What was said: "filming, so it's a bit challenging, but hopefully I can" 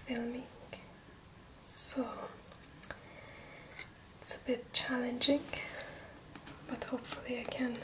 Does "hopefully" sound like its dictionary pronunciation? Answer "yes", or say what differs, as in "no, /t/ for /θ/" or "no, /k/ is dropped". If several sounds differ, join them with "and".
yes